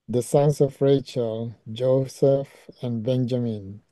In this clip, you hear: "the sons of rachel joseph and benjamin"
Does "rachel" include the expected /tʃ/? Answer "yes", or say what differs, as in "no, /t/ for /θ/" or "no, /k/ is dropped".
yes